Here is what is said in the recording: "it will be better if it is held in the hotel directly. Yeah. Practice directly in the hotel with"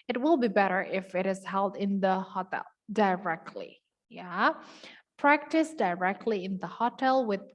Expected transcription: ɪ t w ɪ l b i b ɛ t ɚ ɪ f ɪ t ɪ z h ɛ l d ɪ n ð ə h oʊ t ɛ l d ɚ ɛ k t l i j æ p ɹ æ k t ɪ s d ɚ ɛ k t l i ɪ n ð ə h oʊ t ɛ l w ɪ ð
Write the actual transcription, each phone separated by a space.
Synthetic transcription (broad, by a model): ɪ t w ɪ l b i b ɛ t ɚ ɪ f ɪ t ɪ z h ɛ l d ɪ n ð ə h oʊ t ɛ l d ɚ ɛ k t l i j æ p ɹ æ k t ɪ s d ɚ ɛ k t l i ɪ n ð ə h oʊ t ɛ l w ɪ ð